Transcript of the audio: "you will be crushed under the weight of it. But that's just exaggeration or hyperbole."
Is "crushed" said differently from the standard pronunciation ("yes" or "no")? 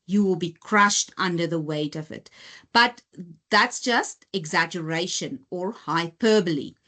no